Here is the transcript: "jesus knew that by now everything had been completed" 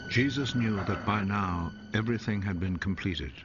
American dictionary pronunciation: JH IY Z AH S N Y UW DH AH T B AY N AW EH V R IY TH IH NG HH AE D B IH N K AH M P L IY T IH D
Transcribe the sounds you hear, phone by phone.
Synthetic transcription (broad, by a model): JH IY Z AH S N Y UW DH AH T B AY N AW EH V R IY TH IH NG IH D B IH N K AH M P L IY T IH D